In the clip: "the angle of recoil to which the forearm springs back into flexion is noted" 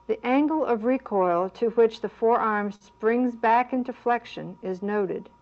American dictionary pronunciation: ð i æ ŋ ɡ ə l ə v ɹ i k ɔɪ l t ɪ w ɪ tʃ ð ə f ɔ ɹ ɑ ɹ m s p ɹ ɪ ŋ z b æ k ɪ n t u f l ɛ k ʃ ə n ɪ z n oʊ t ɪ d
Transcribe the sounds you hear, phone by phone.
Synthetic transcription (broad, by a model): ð i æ ŋ ɡ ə l ə v ɹ i k ɔɪ l t ɪ w ɪ tʃ ð ə f ɔ ɹ ɑ ɹ m s p ɹ ɪ ŋ z b æ k ɪ n t u f l ɛ k ʃ ə n ɪ z n oʊ t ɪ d